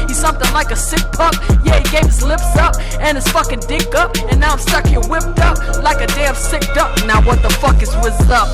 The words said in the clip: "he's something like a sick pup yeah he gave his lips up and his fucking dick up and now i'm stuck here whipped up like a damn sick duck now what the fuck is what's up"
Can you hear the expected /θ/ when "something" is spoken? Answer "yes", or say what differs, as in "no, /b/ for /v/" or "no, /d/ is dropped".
yes